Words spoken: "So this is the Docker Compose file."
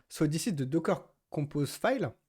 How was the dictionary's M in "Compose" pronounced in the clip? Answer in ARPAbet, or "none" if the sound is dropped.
none